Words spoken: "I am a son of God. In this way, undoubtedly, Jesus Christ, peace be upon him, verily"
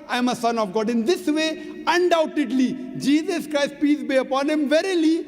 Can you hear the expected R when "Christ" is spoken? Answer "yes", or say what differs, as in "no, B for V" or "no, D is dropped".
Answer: yes